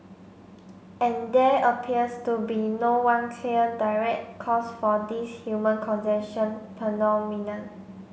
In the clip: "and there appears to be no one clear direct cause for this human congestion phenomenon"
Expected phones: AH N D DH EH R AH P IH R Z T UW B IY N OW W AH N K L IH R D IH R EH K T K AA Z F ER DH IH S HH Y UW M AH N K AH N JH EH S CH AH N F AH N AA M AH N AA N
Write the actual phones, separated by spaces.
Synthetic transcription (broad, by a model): AH N D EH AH P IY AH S T UW B IY N OW W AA N K L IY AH D IH R EH K T K AA S F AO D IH S HH Y UW M AH N K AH N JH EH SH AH N P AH N AA M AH N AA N